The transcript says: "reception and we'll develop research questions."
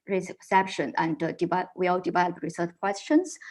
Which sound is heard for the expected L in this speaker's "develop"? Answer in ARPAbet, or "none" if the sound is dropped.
none